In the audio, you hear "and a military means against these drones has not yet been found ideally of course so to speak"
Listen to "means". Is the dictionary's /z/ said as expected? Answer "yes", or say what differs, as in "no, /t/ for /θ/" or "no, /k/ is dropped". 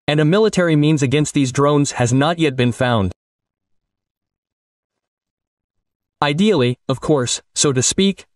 yes